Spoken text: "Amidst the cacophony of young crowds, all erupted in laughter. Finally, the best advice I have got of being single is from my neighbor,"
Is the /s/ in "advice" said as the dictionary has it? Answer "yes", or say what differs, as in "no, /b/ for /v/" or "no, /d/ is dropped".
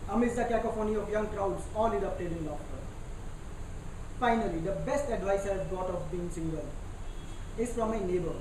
yes